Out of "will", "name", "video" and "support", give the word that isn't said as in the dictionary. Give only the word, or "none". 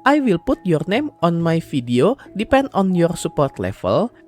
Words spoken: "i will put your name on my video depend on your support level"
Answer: video